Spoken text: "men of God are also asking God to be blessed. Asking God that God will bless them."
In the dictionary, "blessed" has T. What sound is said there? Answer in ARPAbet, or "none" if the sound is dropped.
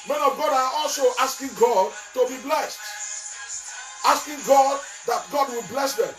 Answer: T